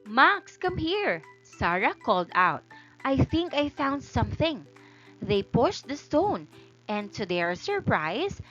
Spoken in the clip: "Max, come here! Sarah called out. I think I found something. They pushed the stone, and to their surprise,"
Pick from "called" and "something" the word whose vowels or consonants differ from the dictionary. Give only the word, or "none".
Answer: none